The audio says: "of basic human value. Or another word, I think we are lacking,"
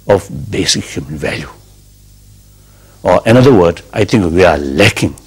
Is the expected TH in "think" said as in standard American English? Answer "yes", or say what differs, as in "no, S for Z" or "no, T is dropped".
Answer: no, T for TH